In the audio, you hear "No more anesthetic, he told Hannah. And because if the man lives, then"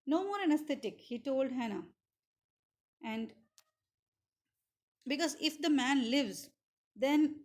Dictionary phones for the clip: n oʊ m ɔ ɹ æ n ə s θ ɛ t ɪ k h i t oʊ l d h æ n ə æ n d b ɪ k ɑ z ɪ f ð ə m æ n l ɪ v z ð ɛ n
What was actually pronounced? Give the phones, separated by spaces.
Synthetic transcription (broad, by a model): n oʊ m ɔ ɹ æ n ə s t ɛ t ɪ k h i t oʊ l d h æ n ə æ n d b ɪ k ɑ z ɪ f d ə m æ n l ɪ v z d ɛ n